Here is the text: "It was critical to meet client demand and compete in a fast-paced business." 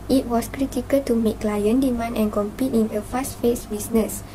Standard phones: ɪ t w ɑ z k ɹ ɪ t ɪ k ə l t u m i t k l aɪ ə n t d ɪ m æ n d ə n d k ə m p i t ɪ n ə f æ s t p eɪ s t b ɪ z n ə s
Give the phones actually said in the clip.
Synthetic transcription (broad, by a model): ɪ t w ɑ s k ɹ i t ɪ k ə l t u m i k l aɪ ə n d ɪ m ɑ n ə n k ə m p i t ɪ n ə f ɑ s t f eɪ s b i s n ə s